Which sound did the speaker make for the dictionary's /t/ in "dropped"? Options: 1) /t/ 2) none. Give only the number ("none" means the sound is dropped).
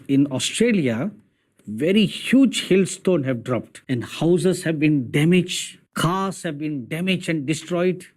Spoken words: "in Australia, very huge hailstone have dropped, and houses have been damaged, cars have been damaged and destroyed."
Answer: 1